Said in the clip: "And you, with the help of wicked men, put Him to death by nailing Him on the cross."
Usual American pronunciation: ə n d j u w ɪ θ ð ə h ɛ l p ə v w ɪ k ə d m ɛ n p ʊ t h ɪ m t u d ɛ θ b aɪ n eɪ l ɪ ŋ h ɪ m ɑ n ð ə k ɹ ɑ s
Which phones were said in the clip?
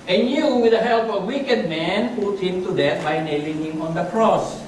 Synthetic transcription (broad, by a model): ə n j u w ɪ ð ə h ɛ l p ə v w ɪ k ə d m ɛ n p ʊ t h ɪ m t u d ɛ t b aɪ n eɪ l ɪ ŋ h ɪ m ɑ n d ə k ɹ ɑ s